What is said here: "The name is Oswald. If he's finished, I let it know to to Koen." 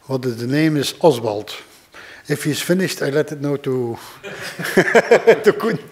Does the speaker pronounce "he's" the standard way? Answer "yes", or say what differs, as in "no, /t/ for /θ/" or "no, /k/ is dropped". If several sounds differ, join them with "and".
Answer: no, /s/ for /z/